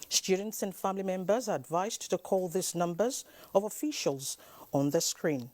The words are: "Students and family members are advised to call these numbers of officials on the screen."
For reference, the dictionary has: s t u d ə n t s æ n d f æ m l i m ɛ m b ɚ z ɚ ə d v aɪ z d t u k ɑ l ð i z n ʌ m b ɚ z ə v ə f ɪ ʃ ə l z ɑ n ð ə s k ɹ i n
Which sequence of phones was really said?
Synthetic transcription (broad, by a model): s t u d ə n t s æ n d f æ m l i m ɛ m b ɚ z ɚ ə d v aɪ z t u k ɑ l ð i s n ʌ m b ɚ z ə v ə f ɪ ʃ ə l z ɑ n ð ə s k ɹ i n